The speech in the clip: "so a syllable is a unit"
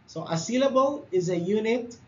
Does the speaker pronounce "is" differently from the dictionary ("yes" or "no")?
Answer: no